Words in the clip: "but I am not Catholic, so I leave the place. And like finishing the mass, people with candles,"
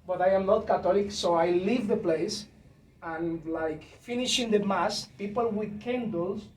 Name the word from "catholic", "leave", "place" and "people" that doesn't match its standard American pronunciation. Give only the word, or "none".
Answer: catholic